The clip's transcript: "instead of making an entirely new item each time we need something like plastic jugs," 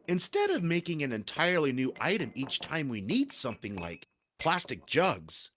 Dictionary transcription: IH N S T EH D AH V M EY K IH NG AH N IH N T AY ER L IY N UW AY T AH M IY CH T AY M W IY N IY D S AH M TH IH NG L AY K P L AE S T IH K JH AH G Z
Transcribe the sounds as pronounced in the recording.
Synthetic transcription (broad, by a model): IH N S T EH D AH V M EY K IH NG AH N IH N T AY ER L IY N UW AY T AH M IY CH T AY M W IY N IY D S AH M TH IH NG L AY K P L AE S T IH K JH AH G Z